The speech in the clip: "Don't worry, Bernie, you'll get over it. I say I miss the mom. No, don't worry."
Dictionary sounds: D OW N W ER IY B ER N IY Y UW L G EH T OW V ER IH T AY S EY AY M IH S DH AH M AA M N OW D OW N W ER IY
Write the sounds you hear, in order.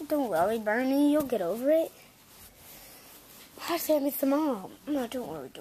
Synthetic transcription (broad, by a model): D OW N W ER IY B ER N IY Y UW L G EH T OW V ER IH T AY S EY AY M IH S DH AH M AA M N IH D OW N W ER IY